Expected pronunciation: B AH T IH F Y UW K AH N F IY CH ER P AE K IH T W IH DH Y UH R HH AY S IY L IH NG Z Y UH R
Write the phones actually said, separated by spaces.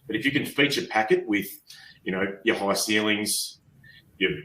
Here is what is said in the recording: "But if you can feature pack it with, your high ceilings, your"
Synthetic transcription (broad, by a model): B AH T IH F Y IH K AH N F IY CH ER P AE K IH T W IH DH Y UH R HH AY S IY L IH NG Z Y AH R